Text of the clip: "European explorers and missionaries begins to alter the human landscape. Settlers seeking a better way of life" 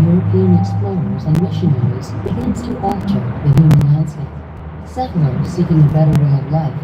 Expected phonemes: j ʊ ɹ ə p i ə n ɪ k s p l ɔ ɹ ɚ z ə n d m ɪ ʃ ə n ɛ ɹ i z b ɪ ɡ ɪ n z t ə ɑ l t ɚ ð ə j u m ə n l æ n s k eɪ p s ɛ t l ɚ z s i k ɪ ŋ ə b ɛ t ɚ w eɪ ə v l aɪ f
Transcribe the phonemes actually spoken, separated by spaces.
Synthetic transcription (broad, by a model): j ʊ ɹ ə p i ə n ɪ k s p l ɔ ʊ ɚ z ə n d m ɪ ʃ ə n ɛ ɹ i z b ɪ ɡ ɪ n s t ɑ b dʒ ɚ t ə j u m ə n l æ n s eɪ s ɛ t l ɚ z s i k ɪ ŋ ə b ɛ t ɚ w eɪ ə v l aɪ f